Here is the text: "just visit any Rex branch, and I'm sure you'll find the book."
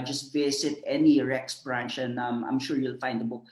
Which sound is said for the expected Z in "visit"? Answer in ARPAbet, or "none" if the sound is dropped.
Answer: S